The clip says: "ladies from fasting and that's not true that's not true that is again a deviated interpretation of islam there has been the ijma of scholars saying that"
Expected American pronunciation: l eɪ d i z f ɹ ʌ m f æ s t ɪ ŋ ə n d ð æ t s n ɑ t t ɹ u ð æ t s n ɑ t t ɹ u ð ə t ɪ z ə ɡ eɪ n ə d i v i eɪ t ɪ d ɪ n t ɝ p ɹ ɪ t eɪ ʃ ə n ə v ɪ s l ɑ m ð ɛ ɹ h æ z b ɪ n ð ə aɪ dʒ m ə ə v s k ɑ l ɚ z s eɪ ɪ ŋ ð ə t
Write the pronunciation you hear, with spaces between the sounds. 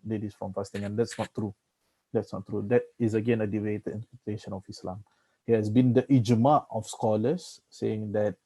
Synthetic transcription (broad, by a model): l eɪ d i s f ɹ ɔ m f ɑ s t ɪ ŋ ə n d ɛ t s n ɑ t t ɹ u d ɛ t s n ɑ t t ɹ u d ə t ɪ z ə ɡ eɪ n ə d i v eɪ t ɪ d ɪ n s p ɪ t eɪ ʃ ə n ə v ɪ s l ɑ m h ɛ h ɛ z b ɪ n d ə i dʒ m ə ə f s k ɑ l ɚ s eɪ ɪ ŋ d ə t